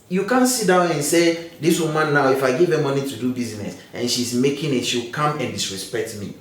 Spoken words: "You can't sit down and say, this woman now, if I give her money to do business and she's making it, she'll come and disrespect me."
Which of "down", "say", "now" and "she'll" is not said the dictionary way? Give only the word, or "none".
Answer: she'll